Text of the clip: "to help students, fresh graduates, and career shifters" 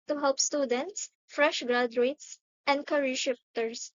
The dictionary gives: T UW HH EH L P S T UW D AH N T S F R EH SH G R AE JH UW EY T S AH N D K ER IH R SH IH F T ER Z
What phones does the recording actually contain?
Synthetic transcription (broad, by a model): T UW HH EH L P S T UW D AH N T S F R EH SH G R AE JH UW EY T S AH N D K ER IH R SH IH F T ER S